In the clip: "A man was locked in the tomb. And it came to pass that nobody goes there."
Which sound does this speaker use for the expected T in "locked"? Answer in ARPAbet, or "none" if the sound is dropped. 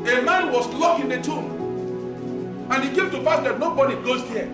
none